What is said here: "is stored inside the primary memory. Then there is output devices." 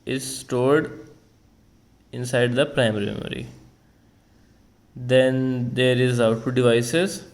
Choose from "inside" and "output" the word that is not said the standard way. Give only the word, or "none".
output